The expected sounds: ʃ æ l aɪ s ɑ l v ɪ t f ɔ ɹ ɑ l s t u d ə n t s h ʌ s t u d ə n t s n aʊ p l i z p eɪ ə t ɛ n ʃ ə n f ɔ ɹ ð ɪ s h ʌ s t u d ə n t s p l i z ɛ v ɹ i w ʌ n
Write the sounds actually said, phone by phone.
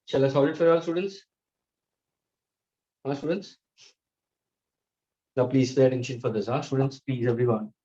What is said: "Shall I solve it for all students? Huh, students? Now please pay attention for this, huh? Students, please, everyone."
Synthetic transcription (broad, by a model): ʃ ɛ l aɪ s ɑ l ɪ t f ɔ ɹ ɑ l s t u d ə n t s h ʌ s t u d ə n t s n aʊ p l i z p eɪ ə t ɛ n ʃ ə n f ɔ ɹ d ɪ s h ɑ s t u d ə n t s p l i z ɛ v ɹ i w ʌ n